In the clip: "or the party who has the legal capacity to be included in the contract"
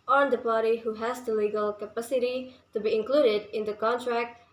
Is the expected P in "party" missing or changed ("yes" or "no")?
no